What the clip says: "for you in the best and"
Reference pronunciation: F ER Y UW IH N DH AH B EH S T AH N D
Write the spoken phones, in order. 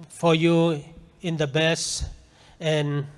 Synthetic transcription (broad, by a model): F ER Y UW IH N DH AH B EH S AH N